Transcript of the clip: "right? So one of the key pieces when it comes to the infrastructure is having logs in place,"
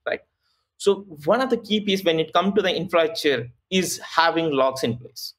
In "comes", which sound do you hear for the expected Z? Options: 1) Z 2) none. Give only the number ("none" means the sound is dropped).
2